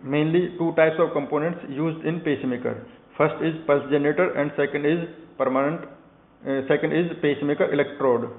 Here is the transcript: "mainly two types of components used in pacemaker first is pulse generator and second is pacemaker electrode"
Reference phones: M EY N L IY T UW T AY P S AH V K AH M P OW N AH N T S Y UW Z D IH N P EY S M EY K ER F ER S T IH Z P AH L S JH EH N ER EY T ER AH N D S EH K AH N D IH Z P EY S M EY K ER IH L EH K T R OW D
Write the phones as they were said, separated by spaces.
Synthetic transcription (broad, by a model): M EY N L IY T UW T AY P S AH V K AH M P OW N AH N T S Y UW Z D IH N P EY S M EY K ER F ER S T IH Z P AH L S JH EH N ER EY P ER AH N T S EH K AH N D IH Z P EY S M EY K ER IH L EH K T R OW D